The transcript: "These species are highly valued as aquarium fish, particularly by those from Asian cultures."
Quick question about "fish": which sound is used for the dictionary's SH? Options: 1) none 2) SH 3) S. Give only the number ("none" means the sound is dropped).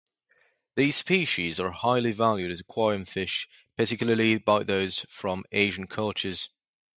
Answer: 2